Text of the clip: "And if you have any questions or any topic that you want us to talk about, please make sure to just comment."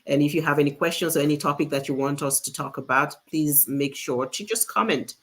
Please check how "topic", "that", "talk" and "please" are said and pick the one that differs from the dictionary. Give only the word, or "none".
none